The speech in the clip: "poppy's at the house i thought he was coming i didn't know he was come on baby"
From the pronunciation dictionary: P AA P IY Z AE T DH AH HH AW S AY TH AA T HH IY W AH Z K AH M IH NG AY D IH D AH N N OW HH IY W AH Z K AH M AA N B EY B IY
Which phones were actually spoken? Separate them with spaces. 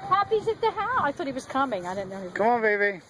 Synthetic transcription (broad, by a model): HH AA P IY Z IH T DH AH HH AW AY TH AA T HH IY W AH Z K AH M IH NG AY D IH D N N OW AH K AH M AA N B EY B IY